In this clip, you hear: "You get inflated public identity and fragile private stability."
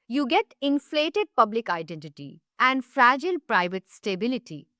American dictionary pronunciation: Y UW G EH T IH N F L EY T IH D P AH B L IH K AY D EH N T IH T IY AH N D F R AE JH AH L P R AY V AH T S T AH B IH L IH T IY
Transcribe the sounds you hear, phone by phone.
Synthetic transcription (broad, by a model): Y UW G EH T IH N F L EY T IH D P AH B L IH K AY D EH N T IH T IY AH N D F R AE JH AH L P R AY V AH T S T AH B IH L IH T IY